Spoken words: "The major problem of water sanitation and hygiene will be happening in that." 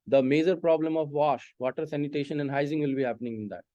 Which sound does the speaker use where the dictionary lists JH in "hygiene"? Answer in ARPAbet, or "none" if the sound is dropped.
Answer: Z